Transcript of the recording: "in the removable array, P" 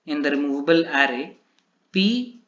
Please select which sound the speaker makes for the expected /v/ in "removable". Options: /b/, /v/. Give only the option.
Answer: /b/